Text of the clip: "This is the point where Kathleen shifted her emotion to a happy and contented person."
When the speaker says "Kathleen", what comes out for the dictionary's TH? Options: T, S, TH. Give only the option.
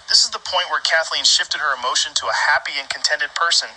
TH